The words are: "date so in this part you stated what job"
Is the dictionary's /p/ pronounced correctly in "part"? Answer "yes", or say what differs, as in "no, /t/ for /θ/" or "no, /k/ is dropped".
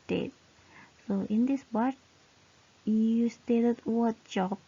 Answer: no, /b/ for /p/